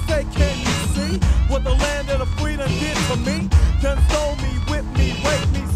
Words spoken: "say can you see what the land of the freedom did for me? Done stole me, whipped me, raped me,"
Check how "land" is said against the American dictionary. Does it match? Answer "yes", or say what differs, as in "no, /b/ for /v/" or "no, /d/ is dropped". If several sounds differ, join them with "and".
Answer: yes